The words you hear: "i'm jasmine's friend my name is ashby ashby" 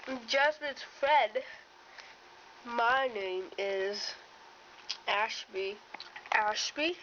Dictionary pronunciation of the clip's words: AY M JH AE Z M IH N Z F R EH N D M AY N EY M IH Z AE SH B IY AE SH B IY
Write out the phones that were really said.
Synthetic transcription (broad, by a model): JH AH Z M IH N F R EH D M AY N EY M IH Z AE SH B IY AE SH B IY